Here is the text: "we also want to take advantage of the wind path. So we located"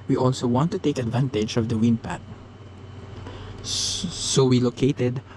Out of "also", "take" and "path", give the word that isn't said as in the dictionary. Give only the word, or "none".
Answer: path